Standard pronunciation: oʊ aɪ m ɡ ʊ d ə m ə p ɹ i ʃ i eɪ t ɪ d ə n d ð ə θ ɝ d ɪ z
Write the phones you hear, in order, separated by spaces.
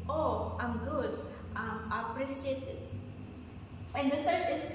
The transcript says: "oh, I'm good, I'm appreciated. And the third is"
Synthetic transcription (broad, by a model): oʊ aɪ m ɡ ʊ d ə m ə p ɹ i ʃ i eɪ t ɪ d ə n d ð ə s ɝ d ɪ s